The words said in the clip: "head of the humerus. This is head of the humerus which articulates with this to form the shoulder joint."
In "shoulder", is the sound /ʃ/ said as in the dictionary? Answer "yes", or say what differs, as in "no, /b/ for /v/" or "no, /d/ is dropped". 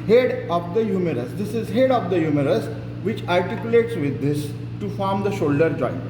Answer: yes